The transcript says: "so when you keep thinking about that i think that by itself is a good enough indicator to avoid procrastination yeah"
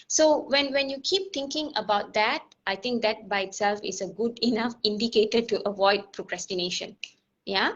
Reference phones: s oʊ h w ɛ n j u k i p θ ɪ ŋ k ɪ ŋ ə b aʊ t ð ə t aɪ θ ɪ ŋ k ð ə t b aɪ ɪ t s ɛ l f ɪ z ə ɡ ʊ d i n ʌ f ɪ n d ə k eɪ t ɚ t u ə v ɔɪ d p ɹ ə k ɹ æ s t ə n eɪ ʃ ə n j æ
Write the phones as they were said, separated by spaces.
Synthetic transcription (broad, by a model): s oʊ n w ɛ n j u k i p t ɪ ŋ k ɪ ŋ ə b aʊ t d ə t aɪ t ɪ ŋ k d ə t b aɪ ɪ t s ɛ l f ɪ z ə ɡ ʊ d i n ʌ f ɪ n d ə k eɪ t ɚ t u ə v ɔɪ d p ɹ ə k ɹ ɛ s t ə n eɪ ʃ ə n j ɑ